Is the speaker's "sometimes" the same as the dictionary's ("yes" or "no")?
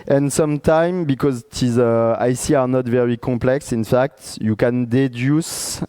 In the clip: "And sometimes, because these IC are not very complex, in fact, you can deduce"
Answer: no